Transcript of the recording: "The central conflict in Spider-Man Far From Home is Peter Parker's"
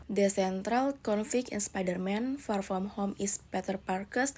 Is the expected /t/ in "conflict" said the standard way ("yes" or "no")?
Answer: no